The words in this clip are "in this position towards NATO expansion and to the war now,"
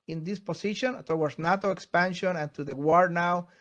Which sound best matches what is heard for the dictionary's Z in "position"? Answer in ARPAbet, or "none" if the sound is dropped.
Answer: S